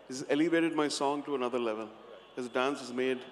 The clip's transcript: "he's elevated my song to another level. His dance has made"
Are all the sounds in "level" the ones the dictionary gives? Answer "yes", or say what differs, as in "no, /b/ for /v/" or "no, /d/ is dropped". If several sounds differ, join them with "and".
yes